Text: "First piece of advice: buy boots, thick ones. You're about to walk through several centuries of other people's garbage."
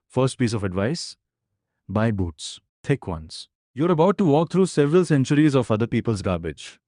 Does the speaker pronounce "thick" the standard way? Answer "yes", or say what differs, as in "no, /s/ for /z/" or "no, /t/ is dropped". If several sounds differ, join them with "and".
no, /t/ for /θ/